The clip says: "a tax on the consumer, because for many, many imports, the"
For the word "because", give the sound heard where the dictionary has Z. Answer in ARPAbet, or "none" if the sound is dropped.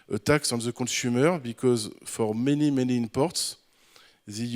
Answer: Z